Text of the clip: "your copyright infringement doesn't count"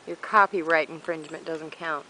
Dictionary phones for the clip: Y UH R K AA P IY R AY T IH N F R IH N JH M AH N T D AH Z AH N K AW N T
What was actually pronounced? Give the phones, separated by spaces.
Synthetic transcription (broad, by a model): Y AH R K AA P IY R AY T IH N F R IH N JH M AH N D AH Z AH N K AW N T